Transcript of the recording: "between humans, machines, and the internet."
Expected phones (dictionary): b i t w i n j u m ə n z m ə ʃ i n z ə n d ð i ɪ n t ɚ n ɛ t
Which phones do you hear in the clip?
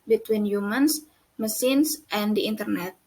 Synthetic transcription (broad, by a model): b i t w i n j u m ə n s m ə s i n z ə n d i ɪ n t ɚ n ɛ t